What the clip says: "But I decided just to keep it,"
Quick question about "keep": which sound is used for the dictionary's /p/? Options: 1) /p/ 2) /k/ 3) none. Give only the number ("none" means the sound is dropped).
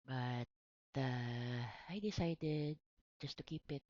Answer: 1